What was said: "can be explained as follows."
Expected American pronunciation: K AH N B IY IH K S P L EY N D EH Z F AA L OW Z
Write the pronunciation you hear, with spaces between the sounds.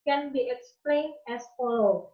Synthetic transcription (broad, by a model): K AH N B IY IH K S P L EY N EH S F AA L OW